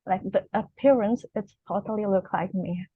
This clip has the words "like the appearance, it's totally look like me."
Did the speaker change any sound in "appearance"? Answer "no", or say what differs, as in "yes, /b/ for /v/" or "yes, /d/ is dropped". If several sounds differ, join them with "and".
no